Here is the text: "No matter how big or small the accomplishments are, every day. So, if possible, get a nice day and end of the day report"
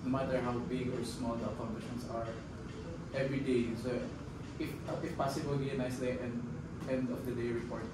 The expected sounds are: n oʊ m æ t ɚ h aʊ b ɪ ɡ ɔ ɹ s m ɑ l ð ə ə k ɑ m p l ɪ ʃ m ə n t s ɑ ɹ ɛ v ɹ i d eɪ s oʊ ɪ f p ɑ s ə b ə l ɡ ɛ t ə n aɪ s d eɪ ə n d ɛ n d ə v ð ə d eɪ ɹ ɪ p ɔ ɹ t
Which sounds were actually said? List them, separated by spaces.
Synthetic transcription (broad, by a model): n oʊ m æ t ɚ h aʊ b ɪ ɡ ɔ ɹ s m ɑ l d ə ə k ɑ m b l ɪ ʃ ə n s ɑ ɹ ɛ v ɹ i d eɪ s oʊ ɪ f p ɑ s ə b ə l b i ə n aɪ s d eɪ ə n d ɛ n d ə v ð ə d eɪ ɹ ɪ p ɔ ɹ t